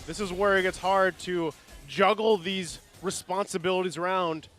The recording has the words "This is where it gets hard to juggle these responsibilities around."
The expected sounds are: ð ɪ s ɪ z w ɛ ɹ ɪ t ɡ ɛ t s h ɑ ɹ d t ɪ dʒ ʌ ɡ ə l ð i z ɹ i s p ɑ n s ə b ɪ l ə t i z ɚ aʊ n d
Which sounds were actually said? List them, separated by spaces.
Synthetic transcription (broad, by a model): ð ɪ s ɪ z w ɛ ɹ ɪ t ɡ ɛ t s h ɑ ɹ d t ɪ dʒ ʌ ɡ l ð i z ɹ i s p ɑ n s ə b ɪ l ə t i z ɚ aʊ n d